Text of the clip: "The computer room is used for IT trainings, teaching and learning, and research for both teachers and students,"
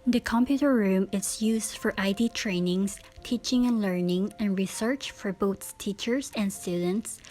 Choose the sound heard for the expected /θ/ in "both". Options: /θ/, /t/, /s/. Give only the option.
/s/